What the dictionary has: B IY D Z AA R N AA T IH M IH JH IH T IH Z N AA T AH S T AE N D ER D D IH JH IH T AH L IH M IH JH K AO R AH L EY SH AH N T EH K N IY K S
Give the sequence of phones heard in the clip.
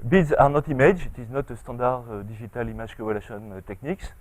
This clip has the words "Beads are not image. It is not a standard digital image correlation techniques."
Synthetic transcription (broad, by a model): B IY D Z AA R N AA T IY M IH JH IH T IH Z N AA T AH S T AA D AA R D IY ZH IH T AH L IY M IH ZH K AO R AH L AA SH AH N T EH K N IY K S